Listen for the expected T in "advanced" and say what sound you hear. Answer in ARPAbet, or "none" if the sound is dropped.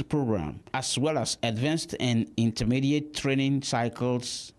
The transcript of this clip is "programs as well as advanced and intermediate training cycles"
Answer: T